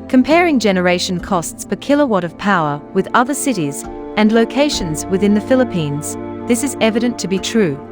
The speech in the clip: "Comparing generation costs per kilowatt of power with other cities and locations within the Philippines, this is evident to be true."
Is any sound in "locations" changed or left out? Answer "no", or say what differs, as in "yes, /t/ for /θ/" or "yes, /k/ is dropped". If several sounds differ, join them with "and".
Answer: no